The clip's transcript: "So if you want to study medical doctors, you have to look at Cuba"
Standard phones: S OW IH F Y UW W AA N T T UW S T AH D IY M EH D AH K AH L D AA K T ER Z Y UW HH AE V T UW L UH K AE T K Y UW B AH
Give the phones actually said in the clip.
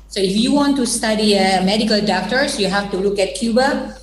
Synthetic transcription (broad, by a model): S OW IH F Y UW W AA N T T UW S T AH D IY M EH D AH K AH L D AA K T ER S Y UW HH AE F T UW L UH K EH T K Y UW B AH